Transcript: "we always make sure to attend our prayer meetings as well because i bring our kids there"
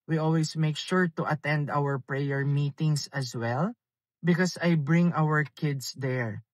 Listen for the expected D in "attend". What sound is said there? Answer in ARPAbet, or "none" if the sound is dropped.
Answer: D